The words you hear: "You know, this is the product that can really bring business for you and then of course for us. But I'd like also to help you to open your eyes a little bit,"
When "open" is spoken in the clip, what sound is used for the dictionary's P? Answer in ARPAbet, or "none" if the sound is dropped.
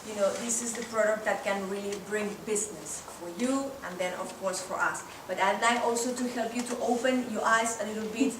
P